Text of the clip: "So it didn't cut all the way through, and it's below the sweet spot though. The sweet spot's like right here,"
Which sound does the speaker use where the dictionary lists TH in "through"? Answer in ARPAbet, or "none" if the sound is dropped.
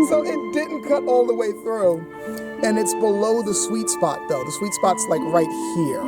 TH